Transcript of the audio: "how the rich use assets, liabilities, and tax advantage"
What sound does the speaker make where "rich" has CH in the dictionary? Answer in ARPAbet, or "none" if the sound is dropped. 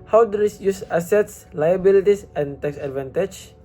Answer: S